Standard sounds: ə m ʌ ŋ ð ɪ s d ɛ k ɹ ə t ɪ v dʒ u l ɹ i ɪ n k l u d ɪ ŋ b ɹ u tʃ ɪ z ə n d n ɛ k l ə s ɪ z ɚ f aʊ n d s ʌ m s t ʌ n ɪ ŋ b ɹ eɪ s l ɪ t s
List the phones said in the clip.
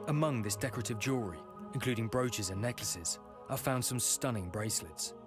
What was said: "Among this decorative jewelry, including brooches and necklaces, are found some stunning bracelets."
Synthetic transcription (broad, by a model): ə m ʌ ŋ ð ɪ s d ɛ k ɹ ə t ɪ v dʒ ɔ ɹ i ɪ n k l u d ɪ ŋ b ɹ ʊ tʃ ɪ z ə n n ɛ k l ə s ɪ z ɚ f aʊ n d s ʌ m s t ʌ n ɪ ŋ b ɹ eɪ s l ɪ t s